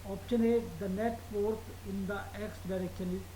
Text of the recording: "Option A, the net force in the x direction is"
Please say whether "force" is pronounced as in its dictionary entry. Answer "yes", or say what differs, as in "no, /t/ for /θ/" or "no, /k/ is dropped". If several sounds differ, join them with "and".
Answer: no, /p/ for /f/